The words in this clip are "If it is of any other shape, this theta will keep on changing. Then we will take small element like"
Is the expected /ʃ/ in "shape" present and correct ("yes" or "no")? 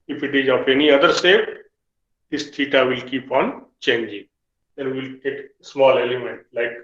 no